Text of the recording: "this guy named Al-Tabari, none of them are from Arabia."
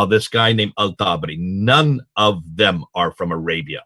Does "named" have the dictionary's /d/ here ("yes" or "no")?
no